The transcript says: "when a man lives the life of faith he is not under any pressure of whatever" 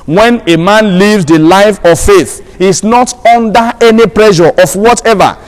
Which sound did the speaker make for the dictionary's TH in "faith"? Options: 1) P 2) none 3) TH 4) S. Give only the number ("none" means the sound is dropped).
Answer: 3